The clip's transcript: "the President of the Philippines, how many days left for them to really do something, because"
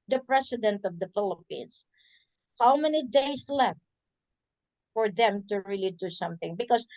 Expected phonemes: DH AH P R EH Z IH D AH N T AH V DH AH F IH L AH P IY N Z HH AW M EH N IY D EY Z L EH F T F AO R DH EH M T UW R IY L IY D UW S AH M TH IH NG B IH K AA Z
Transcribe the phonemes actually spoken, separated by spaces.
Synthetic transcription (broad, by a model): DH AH P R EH S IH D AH N T AH V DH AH F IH L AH P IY N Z HH AW M EH N IY D EY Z L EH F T F AO R DH EH M T UW R IY L IY D UW S AH M TH IH NG B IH K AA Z